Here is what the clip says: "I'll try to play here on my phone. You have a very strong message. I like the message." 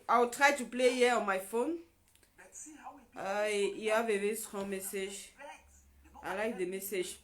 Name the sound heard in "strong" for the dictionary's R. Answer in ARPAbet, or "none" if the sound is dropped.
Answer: none